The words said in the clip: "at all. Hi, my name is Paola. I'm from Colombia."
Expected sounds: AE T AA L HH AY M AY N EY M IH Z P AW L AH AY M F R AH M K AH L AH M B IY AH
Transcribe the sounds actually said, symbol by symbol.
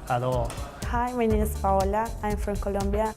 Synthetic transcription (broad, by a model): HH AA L HH AY M AY N EY M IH S P AW L AH AY M F R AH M K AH L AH M B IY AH